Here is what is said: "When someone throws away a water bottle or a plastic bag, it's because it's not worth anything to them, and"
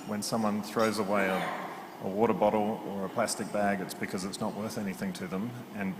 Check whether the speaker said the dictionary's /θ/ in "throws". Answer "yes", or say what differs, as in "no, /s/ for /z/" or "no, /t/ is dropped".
yes